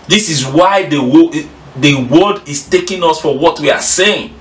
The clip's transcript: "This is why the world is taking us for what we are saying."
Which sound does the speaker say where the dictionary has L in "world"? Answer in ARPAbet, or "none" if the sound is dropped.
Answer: W